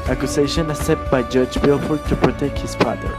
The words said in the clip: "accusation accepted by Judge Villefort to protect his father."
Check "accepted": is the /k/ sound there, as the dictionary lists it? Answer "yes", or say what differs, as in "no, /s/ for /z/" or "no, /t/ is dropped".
no, /k/ is dropped